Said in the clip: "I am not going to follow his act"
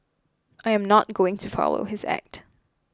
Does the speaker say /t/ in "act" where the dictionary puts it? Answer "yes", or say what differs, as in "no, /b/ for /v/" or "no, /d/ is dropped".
yes